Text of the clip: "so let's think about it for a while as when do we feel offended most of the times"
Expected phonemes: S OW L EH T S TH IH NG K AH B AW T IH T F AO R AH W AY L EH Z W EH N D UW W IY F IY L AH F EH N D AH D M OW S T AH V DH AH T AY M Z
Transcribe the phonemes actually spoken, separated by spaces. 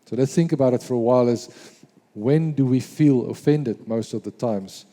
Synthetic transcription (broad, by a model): S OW L EH T S TH IH NG K AH B AW T IH T F AO R AH W AY L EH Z W EH N D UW W IY F IY L AH F EH N D AH D M OW S T AH V DH AH T AY M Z